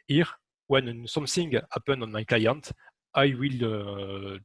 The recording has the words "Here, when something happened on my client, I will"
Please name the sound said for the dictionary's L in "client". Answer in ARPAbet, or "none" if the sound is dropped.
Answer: L